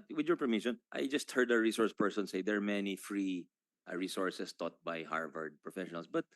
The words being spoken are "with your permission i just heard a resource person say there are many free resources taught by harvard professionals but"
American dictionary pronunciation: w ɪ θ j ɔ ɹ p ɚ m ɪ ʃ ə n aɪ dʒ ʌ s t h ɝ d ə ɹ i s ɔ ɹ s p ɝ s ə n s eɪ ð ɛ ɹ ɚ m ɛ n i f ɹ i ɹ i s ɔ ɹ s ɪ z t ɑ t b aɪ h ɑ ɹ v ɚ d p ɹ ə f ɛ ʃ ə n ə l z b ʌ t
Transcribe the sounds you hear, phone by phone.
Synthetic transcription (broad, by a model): w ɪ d j ɔ ɹ p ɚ m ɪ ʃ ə n aɪ dʒ ʌ s t h ɝ d ə ɹ i s ɔ ɹ s p ɝ s ə n s eɪ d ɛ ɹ m ɛ n i f ɹ i ɹ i s ɔ ɹ s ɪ s t ɑ t b aɪ h ɑ ɹ v ɚ d p ɹ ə f ɛ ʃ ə n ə l s b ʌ t